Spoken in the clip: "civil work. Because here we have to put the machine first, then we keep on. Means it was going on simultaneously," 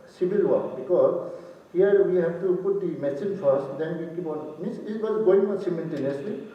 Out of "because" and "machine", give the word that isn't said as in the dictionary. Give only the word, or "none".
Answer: machine